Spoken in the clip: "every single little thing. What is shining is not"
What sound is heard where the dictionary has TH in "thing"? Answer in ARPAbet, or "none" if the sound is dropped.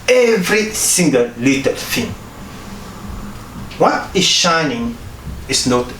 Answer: F